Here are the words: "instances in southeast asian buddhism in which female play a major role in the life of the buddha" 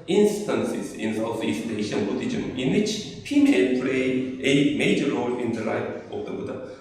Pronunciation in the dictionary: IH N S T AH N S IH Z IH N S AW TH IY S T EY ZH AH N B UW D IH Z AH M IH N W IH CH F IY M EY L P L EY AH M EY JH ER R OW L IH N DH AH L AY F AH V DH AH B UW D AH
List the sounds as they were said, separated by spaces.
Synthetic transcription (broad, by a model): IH N S T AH N S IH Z IH N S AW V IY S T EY SH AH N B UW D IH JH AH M IH N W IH CH P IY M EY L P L EY AH M EY JH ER R OW L IH N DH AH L AY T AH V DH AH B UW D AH